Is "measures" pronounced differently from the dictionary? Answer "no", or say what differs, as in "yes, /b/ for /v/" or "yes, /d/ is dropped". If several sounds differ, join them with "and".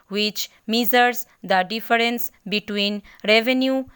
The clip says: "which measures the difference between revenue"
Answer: yes, /z/ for /ʒ/